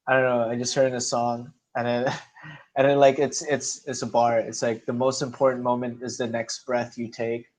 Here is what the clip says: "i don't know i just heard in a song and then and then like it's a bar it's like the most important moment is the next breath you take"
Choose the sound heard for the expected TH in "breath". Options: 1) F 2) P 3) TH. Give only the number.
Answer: 3